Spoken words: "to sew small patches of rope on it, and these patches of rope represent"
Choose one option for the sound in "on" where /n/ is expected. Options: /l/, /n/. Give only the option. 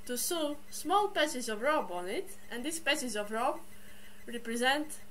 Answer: /n/